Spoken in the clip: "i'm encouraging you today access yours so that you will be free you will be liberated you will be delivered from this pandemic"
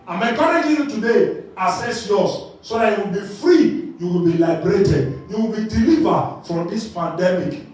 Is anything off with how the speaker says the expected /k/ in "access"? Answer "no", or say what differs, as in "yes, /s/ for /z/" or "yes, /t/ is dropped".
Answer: yes, /k/ is dropped